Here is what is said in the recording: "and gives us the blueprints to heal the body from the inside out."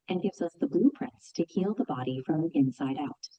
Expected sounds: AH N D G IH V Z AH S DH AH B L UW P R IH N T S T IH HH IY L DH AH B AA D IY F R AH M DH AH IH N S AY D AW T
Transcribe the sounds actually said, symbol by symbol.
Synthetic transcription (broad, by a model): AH N G IH V Z AH S DH AH B L UW P R IH N T S T IH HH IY L DH AH B AA D IY F R AH M IH N S AY D AW T